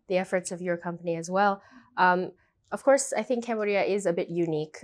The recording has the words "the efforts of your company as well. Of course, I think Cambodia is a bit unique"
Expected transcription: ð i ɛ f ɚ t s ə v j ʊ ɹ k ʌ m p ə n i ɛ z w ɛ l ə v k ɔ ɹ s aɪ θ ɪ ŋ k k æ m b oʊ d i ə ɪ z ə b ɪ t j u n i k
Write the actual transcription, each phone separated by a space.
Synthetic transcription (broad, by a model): ð i ɛ f ɚ t s ə v j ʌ ɹ k ʌ m p ə n i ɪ z w ɛ l ə v k ɔ ɹ s aɪ θ ɪ ŋ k k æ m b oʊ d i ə ɪ z ə b ɪ t j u n i k